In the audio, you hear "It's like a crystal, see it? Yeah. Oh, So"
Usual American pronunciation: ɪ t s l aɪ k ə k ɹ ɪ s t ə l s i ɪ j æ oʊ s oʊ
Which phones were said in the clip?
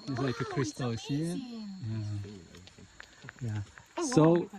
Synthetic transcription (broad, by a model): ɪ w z l aɪ k ə k ɹ ɪ s t ə l ʃ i ɪ j æ s oʊ